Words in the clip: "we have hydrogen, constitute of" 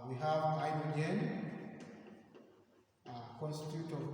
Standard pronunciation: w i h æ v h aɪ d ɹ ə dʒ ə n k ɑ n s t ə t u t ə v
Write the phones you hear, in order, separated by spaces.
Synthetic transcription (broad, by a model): w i h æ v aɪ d ə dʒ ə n k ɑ n s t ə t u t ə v